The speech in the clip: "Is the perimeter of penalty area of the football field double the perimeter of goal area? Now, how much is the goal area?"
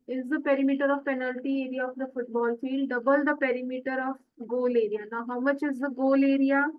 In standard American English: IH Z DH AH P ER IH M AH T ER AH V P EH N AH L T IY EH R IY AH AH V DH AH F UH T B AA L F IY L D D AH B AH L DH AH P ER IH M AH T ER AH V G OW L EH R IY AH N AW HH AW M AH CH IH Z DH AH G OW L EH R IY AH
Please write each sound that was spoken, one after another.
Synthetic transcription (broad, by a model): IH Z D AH P ER IH M AH T ER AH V P EH N AH L T IY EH R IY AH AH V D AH F UH T B AA L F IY D D AH B AH L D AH P ER IH M AH T ER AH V G OW L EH R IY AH N AW HH AW M AH CH IH Z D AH G OW L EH R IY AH